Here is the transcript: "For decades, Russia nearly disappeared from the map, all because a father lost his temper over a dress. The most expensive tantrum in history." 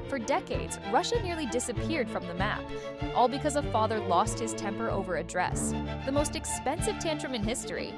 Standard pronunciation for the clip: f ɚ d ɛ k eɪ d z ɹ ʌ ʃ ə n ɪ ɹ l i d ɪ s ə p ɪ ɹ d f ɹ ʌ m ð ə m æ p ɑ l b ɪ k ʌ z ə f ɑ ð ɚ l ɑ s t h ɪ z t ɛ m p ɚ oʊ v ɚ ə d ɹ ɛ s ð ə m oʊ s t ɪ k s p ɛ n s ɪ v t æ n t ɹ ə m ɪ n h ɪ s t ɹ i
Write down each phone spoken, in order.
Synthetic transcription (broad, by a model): f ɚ d ɛ k eɪ d z ɹ ʌ ʃ ə n ɪ ɹ l i d ɪ s ə p ɪ ɹ d f ɹ ʌ m ð ə m æ p ɑ l b ɪ k ʌ z ə f ɑ ð ɚ l ɑ s t h ɪ z t ɛ m p ɚ oʊ v ɚ ə d ɹ ɛ s ð ə m oʊ s t ɪ k s p ɛ n s ɪ v t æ n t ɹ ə m ɪ n h ɪ s t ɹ i